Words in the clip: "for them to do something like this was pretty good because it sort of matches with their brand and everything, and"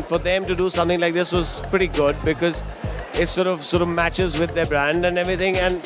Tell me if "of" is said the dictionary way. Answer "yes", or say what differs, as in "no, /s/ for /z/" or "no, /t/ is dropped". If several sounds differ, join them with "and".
yes